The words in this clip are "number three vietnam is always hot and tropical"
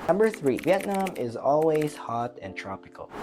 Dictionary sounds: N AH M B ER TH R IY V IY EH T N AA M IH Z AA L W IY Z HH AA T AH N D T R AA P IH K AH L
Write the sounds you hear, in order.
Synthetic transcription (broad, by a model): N AH M B ER TH R IY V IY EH T N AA M IH Z AA L W IY Z HH AA T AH N T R AA P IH K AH L